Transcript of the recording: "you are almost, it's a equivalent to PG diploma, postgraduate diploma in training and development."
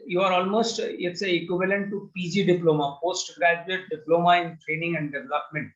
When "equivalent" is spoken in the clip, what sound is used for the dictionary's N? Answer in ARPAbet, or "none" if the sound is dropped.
N